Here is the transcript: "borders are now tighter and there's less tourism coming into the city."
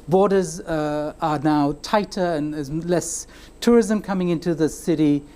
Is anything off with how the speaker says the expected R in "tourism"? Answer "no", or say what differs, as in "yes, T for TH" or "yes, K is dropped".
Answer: no